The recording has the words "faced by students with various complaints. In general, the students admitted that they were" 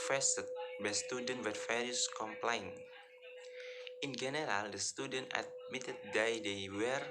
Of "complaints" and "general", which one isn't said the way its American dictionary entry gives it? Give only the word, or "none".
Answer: complaints